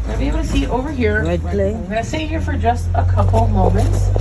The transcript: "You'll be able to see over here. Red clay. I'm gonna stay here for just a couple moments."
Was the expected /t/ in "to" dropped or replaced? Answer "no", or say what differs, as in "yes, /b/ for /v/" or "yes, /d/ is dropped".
yes, /s/ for /t/